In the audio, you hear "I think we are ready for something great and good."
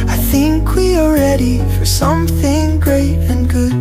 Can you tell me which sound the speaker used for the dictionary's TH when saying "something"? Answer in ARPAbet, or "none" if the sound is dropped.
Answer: TH